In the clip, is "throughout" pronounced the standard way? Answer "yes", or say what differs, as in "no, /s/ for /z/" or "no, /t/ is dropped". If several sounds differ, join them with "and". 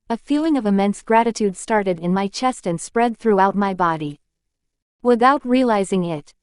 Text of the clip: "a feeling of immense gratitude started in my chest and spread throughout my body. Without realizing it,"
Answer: yes